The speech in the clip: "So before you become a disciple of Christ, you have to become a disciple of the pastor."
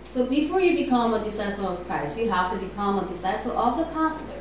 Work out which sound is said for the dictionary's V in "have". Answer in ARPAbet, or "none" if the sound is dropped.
F